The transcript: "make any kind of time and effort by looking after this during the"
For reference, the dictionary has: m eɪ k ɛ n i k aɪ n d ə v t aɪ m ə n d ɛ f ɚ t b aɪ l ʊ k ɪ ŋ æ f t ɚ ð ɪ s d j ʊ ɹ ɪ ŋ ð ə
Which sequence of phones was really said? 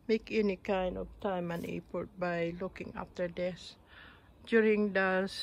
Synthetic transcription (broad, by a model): m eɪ k ɛ n i k aɪ n d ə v t aɪ m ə n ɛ p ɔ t b aɪ l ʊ k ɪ ŋ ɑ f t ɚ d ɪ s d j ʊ ɹ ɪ ŋ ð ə